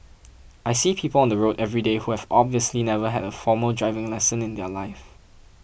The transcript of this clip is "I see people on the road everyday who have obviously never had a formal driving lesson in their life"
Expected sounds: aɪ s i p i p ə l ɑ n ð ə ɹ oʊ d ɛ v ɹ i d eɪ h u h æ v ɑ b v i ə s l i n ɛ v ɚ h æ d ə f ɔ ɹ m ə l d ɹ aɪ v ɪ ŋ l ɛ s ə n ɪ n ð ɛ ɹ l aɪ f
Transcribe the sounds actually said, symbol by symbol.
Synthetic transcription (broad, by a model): aɪ s i p i p ə l ɑ n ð ə ɹ oʊ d ɛ v ɹ i d eɪ h u h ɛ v ɑ b v i ə s l i n ɛ v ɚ h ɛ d ə f ɔ m ə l d ɹ aɪ v ɪ ŋ l ɛ s ə n ɪ n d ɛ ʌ l aɪ f